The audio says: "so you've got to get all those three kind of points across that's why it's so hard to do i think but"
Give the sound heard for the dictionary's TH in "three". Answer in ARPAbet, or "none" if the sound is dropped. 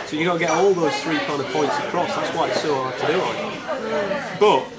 TH